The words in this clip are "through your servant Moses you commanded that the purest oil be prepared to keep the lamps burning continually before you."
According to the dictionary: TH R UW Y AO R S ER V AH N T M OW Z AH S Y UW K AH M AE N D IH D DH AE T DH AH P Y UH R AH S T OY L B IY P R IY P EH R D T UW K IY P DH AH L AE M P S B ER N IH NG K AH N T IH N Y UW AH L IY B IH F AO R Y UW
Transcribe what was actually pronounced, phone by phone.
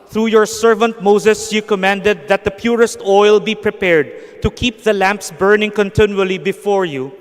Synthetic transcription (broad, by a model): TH R UW Y AO R S ER V AH N T M OW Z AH S Y UW K AH M AE N D IH D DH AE T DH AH P Y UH R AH S T OY L B IY P R IY P EH R D T UW K IY P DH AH L AE M P S B ER N IH NG K AH N T IH N Y UW AH L IY B IH F AO R Y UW